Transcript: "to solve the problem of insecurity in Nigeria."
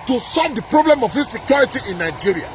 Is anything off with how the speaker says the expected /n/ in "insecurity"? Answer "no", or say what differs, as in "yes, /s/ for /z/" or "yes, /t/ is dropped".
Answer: yes, /n/ is dropped